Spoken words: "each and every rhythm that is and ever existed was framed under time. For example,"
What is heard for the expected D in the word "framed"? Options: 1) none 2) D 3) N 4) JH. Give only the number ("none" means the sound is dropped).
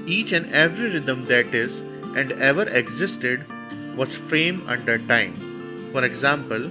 1